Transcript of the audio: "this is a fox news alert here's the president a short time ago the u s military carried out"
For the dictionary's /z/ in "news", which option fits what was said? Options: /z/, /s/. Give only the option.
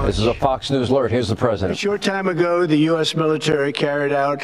/z/